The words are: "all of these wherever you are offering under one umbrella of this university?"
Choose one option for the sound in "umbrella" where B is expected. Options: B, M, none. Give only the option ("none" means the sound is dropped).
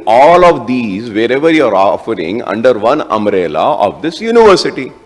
none